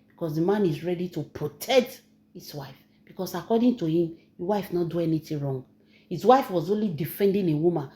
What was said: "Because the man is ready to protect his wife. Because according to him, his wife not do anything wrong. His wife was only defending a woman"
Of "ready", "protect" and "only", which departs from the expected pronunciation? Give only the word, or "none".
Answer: none